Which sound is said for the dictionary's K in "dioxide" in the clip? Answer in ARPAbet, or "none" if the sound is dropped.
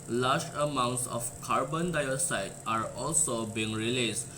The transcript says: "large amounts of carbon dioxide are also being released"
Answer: none